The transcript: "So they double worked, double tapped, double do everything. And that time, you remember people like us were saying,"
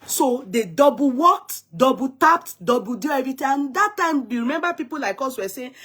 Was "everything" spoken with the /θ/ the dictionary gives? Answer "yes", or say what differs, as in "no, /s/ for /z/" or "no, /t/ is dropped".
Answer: no, /t/ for /θ/